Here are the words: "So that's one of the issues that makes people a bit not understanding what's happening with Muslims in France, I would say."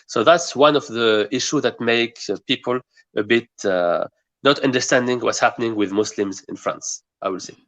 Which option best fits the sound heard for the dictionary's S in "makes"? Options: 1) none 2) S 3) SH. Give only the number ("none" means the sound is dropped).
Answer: 1